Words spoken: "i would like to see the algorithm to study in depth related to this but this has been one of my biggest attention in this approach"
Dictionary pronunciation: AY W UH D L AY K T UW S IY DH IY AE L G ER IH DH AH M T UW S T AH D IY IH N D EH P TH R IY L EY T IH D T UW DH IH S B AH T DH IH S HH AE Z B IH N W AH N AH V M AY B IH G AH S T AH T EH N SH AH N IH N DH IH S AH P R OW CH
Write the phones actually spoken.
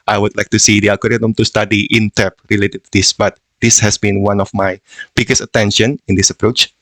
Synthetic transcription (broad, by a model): AY W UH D L AY K T UW S IY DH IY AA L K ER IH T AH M T UW S T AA D IY IH N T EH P R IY L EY T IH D T UW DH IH S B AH T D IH S HH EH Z B IH N W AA N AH F M AY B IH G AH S AH T EH N SH AH N IH N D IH S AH P R OW CH